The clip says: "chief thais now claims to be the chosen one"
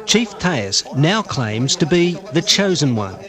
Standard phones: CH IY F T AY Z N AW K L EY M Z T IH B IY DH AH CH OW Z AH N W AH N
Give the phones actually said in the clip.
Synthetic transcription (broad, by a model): CH IY F T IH S N AW K L EY M Z T IH B IY DH AH CH OW Z AH N W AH N